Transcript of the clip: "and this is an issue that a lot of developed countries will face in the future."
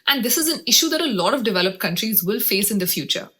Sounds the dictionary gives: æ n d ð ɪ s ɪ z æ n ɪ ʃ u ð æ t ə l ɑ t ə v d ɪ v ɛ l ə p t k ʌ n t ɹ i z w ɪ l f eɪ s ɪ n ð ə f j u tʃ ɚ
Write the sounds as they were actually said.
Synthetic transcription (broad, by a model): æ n d ɪ s ɪ z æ n ɪ ʃ u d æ t ə l ɑ t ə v d ɪ v ɛ l ə p t k ʌ n t ɹ i z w ɪ l f eɪ s ɪ n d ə f j u tʃ ɚ